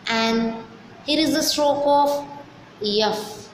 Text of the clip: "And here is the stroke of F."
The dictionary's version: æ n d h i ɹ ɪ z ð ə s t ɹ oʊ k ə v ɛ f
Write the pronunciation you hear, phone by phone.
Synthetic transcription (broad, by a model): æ n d h i ɹ ɪ z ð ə s t ɹ oʊ k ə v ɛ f